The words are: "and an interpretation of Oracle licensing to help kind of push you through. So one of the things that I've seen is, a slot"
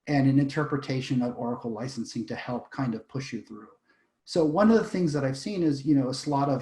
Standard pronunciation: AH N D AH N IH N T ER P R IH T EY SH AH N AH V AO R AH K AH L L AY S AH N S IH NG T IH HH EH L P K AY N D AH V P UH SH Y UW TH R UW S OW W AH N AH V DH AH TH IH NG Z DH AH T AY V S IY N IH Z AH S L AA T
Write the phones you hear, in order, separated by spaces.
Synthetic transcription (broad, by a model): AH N AH N IH N T ER P R IH T EY SH AH N AH V AO R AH K L L AY S N S IH NG T IH HH EH L P K AY N D AH V P UH SH Y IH TH R UW S OW W AH N AH V DH AH TH IH NG Z DH AH T AY V S IY N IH Z AH S L AA T